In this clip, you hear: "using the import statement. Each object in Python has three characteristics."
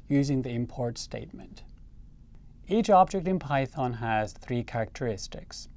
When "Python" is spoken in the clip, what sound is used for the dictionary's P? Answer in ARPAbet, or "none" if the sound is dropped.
P